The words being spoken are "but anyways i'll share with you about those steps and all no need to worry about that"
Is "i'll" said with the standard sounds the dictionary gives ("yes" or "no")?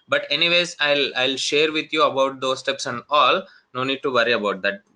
yes